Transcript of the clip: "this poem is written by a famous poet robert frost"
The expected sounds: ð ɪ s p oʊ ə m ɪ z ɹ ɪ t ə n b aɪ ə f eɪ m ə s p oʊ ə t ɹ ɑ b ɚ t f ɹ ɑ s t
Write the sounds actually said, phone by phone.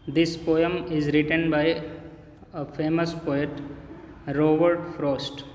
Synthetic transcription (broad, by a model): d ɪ s p oʊ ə m ɪ z ɹ ɪ t ə n b aɪ ə f eɪ m ə s p oʊ ə t ɹ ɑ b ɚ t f ɹ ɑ s t